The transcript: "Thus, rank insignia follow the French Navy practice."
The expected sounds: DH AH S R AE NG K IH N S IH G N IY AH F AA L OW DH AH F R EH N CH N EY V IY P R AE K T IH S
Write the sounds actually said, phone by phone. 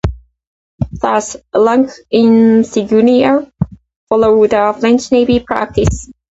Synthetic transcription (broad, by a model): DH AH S L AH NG K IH N S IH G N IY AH F AA L OW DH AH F L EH N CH N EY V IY P R AE K T IH S